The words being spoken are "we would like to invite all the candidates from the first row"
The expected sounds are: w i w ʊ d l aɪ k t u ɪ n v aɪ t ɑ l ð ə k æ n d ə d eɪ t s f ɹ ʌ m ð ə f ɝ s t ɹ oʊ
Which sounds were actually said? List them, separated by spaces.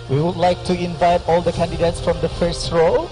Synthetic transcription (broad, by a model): w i w ʊ d l aɪ k t u ɪ n v aɪ t ɑ l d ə k æ n d ə d eɪ t s f ɹ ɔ m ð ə f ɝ s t ɹ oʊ